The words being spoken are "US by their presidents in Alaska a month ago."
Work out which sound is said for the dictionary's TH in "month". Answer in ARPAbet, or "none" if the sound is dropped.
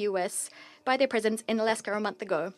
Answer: TH